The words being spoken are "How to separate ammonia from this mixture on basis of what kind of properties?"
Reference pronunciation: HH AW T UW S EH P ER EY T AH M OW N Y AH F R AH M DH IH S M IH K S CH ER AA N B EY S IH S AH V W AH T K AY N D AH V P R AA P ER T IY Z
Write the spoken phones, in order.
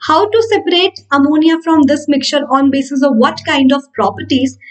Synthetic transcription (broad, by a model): HH AW T UW S EH P ER EY T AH M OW N Y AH F R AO M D IH S M IH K CH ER AA N B EY S IH S AH V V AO T K AY N D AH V P R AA P ER T IY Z